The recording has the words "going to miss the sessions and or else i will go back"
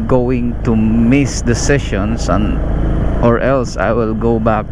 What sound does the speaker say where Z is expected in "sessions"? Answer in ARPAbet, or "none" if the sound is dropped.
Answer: S